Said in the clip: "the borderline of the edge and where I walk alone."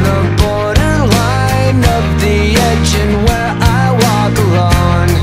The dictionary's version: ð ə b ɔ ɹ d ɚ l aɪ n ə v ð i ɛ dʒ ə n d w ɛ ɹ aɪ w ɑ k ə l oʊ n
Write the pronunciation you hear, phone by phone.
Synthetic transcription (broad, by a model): ð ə b ɔ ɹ d ɚ l aɪ n ə p ð i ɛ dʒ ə n w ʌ ɹ aɪ w ɑ k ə l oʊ n